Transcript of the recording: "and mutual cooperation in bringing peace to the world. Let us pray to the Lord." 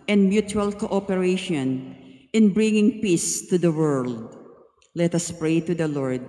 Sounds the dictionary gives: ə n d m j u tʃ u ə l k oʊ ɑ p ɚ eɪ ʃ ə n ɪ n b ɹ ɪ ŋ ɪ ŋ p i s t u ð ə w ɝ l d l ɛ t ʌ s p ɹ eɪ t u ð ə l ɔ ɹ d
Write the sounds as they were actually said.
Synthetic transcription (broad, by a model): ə n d m j u tʃ u ə l k oʊ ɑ p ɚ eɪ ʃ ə n ɪ n b ɹ ɪ ŋ ɪ ŋ p i s t u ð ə w ɝ l d l ɛ t ʌ s p ɹ eɪ t u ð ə l ɔ ɹ d